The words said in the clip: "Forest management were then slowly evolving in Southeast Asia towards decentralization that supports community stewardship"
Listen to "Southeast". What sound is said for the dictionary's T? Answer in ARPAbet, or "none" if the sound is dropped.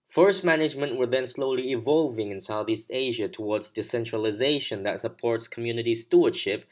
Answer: T